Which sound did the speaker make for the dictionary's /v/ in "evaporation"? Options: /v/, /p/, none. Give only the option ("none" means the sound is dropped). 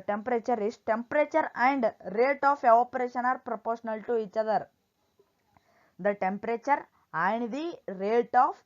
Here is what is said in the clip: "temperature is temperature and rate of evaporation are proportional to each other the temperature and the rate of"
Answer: none